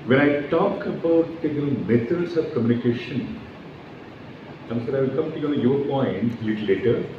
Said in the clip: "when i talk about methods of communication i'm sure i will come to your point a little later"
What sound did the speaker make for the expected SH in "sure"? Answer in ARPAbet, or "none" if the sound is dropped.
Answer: S